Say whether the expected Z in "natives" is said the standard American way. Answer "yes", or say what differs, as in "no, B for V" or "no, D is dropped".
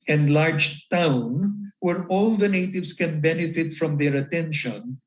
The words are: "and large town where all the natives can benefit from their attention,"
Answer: no, S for Z